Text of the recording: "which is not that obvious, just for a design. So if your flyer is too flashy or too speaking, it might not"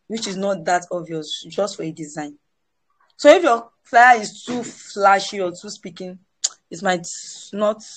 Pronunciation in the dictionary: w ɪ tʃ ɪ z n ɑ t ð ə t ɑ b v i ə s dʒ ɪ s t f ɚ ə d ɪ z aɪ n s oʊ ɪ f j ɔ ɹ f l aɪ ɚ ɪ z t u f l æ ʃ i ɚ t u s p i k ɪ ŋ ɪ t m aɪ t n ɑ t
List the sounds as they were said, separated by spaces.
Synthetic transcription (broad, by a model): w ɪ tʃ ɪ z n ɑ t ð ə t ɑ v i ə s dʒ ɪ s t f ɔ ə d ɪ z aɪ n s oʊ ɪ f j ɔ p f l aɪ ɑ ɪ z t u f l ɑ ʃ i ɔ t u s p i k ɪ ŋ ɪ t m aɪ t n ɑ t